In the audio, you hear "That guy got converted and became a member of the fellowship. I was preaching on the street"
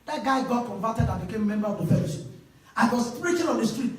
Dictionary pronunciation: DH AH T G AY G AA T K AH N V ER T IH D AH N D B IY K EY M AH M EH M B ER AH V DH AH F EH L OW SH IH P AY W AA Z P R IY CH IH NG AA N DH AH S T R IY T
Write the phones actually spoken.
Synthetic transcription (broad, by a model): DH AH T G AY G AA T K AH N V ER T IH D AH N B IY K EY M M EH M B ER AH V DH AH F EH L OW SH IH AY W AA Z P R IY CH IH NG AA N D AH S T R IY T